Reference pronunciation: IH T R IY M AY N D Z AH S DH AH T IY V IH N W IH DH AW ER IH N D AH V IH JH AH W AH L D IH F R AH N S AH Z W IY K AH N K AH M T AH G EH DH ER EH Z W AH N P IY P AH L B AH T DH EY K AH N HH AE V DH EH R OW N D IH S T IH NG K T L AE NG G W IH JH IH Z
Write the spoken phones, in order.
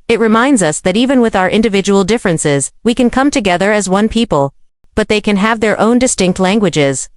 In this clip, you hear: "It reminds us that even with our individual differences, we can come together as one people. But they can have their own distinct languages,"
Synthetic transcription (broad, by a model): IH T R IY M AY N D Z AH S DH AH T IY V IH N W IH DH AW ER IH N D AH V IH JH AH W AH L D IH F R AH N S AH Z W IY K AH N K AH M T AH G EH DH ER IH Z W AH N P IY P AH L B AH T DH EY K AH N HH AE V DH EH R OW N D IH S T IH NG K T L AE NG G W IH JH IH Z